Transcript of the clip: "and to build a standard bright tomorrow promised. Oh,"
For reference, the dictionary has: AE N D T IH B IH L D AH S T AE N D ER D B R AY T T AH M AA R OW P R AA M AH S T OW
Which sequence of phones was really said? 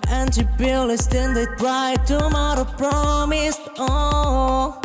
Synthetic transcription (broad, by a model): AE N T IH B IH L AH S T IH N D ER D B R AY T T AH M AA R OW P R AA M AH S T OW